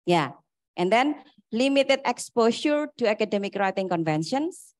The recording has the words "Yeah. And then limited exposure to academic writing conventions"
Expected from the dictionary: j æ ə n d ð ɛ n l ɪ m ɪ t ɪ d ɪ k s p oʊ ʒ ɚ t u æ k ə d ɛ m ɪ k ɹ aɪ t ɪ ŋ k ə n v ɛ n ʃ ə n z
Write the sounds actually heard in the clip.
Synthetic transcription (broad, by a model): j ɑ ə n d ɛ n l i m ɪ t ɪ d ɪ k s p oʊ ʃ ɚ t u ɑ k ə d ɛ m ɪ k ɹ aɪ t ɪ ŋ k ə n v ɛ n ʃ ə n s